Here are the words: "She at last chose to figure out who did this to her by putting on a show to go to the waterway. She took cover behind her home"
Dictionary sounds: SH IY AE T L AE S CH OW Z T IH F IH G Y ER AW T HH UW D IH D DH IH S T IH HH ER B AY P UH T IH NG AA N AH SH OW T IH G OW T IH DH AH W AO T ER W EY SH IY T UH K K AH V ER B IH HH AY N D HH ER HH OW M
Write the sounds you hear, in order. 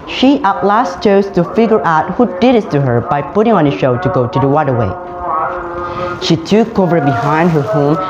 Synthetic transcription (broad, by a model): SH IY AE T L AE S CH OW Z T IH F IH G Y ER AW T HH UW D IH D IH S T IH HH ER B AY P UH T IH NG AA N AH SH OW T IH G OW T IH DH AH W AO T ER W EY SH IY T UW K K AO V ER B IH HH AY N D HH ER HH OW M